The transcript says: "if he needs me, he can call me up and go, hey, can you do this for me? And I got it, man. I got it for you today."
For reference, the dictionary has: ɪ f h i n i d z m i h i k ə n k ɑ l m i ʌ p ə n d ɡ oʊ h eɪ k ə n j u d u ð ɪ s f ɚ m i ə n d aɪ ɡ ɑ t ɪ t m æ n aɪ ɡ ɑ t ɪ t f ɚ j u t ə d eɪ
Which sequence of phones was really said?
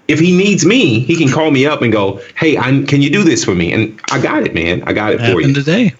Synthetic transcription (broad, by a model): ɪ f h i n i d z m i h i k ə n k ɑ l m i ʌ p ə n ɡ oʊ h eɪ k ə n j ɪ d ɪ ð ɪ s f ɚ m i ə n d aɪ ɡ ɑ t ɪ t m æ n aɪ ɡ ɑ t ɪ t f ɚ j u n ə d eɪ